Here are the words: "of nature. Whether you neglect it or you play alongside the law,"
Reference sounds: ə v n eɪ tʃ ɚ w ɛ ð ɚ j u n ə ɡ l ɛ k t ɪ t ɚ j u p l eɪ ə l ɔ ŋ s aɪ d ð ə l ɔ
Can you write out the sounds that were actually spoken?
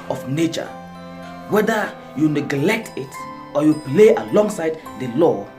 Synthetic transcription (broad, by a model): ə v n eɪ tʃ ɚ w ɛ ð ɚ j u n ə ɡ l ɛ k t ɪ t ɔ j u p l eɪ ə l ɔ ŋ s aɪ d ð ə l ɔ